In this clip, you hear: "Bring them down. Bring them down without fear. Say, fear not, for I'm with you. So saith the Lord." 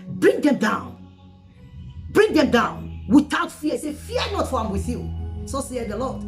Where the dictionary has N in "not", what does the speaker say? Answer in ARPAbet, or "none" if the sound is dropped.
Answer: N